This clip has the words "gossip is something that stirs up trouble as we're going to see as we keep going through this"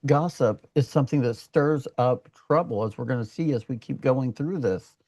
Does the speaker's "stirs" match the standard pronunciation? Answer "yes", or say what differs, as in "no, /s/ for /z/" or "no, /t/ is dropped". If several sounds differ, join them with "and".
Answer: yes